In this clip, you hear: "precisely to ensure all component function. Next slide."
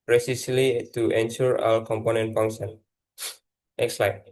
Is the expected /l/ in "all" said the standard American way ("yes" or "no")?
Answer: no